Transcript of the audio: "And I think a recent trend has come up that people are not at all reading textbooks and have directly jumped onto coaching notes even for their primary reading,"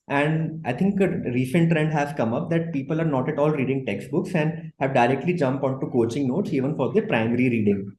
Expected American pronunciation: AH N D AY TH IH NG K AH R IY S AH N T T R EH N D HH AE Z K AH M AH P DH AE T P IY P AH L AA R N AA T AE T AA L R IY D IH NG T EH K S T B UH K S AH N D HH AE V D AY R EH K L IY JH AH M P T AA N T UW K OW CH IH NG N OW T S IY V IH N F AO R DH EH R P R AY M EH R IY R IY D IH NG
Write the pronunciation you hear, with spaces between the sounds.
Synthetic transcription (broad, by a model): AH N D AY T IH NG K AH R IY S AH N T T R EH N D HH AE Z K AH M AH P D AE T P IY P AH L AA R N AA T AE T AA L R IY D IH NG T EH K S T B UH K S AH N D HH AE V D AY R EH K L IY JH AH M P AA N T UW K OW CH IH NG N OW T S IY V IH N F AO R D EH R P R AY M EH R IY R IY D IH NG